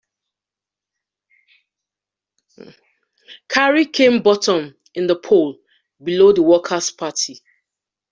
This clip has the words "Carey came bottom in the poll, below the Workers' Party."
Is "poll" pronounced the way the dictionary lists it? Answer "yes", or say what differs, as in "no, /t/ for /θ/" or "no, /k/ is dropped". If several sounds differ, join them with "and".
yes